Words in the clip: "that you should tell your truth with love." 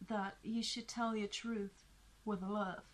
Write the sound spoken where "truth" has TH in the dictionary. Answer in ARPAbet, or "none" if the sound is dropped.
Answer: TH